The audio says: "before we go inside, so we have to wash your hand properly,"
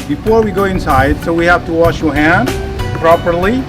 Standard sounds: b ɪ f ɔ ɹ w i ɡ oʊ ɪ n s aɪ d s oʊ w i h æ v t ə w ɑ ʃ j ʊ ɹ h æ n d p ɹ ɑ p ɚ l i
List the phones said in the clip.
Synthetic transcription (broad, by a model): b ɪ f ɔ ɹ w i ɡ oʊ ɪ n s aɪ d s oʊ w i h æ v t ə w ɑ ʃ j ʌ ɹ h æ n d p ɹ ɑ p ɚ l i